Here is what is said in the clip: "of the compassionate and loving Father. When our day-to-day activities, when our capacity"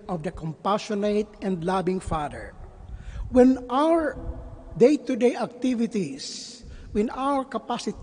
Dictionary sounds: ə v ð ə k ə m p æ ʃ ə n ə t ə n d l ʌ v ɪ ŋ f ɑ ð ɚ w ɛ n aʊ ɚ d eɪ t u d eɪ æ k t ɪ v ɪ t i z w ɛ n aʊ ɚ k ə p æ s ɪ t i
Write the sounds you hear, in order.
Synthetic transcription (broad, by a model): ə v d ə k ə m p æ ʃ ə n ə t ə n d l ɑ b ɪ ŋ f ɑ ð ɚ w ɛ n aʊ ɚ d eɪ t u d eɪ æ k t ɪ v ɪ t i s w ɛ n aʊ ɚ k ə p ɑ s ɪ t